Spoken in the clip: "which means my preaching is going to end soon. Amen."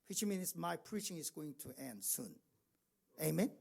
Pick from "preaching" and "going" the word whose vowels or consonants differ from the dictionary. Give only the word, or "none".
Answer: none